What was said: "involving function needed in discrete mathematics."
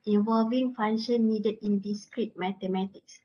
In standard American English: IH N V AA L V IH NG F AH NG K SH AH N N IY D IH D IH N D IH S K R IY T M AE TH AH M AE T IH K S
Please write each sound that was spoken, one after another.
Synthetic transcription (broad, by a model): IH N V AA L V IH NG F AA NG SH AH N N IY D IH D IH N D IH S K R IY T M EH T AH M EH T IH K S